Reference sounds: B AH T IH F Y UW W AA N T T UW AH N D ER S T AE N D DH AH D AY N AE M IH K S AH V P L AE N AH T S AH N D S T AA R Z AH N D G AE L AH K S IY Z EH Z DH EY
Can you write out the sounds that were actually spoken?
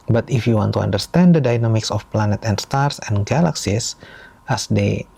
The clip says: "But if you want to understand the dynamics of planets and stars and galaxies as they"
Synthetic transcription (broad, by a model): B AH T IH F Y UW W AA N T T UW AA N D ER S T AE N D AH D AY N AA M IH K S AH F P L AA N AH T AH N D S T AA R S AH N G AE L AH K S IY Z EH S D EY